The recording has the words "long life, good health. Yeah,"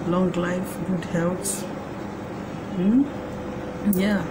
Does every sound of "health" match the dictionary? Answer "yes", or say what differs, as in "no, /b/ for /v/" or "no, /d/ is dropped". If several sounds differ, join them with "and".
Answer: no, /s/ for /θ/